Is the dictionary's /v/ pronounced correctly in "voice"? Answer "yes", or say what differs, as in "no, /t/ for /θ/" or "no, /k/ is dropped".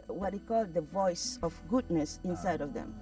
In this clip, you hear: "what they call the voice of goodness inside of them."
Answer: yes